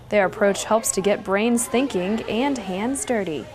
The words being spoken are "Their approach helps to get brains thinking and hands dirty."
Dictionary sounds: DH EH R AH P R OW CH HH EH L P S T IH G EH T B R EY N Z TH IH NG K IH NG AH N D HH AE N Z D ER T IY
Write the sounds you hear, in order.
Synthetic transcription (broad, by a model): DH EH R AH P R OW CH HH EH L P S T IH G EH T B R EY N Z TH IH NG K IH NG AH N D HH AE N Z D ER T IY